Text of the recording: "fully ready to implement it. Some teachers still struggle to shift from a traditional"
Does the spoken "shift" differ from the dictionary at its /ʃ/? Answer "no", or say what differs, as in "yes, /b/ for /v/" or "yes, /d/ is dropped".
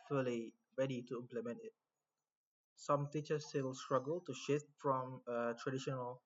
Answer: no